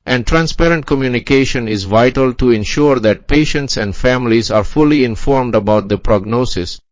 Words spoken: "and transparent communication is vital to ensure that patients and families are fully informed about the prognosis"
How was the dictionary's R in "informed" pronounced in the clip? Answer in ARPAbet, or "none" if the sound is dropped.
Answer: R